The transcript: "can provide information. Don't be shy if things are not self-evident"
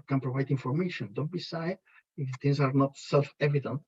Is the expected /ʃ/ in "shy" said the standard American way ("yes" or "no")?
no